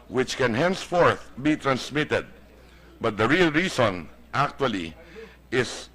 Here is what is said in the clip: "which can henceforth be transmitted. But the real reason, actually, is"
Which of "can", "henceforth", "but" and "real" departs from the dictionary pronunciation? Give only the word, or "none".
none